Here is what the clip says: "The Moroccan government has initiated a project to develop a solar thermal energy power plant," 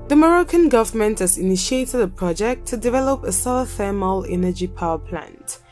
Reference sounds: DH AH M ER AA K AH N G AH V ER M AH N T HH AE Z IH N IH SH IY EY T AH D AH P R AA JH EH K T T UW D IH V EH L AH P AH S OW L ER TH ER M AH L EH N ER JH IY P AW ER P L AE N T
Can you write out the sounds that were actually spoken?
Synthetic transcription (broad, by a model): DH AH M ER AA K AH N G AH V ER M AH N T HH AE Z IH N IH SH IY EY T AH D AH P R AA JH EH K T T UW D IH V EH L AH P AH S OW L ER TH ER M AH L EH N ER JH IY P AW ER P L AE N T